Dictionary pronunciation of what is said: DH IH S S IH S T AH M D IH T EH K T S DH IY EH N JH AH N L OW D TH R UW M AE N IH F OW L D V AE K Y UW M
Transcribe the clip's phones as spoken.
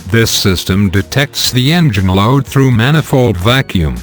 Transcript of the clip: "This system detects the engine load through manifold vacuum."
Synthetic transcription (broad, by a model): DH IH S S IH S T AH M D IH T EH K T S DH IY EH N JH AH N L OW D TH R UW M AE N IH F OW L D V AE K Y UW M